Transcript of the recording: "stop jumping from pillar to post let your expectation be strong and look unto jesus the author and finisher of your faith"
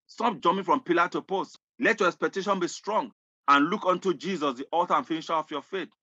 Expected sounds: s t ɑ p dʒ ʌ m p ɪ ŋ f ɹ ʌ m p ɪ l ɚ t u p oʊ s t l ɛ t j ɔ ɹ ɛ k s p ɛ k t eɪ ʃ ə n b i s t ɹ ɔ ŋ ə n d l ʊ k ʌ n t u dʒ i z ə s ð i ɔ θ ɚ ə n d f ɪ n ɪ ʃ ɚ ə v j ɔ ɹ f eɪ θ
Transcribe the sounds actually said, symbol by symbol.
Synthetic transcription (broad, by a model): s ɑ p dʒ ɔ m ɪ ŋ f ɹ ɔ m p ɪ l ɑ t u p oʊ s t l ɛ t j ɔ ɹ ɛ k s p ɛ k t eɪ ʃ ə n b i s t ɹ ɔ ŋ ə n l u k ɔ n t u dʒ i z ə s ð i ɔ t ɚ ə n f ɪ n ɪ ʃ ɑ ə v j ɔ f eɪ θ